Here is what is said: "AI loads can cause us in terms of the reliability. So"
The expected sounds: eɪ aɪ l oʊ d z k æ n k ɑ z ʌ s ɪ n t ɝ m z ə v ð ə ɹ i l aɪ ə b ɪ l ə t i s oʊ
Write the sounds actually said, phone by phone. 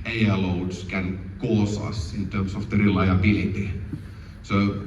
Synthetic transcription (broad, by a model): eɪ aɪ l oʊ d s k æ n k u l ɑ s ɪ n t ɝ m s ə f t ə ɹ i l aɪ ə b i l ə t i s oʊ